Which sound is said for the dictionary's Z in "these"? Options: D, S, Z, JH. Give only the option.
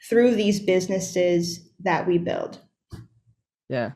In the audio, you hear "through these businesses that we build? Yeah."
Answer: Z